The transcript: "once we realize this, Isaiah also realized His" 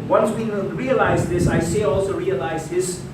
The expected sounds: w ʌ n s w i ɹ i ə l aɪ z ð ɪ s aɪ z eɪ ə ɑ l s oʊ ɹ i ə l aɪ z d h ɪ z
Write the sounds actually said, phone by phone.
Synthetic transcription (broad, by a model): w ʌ n s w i ɹ i ə l aɪ z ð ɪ s aɪ s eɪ ɑ l s oʊ ɹ i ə l aɪ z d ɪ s